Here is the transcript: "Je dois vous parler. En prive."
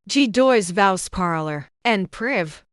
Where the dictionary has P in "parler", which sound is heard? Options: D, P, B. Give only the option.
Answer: P